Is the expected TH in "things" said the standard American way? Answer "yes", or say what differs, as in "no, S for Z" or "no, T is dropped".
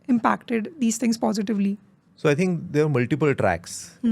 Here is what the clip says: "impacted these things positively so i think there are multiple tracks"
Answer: no, T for TH